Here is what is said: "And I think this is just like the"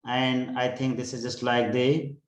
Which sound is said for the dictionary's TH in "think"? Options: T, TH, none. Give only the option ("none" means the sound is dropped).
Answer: T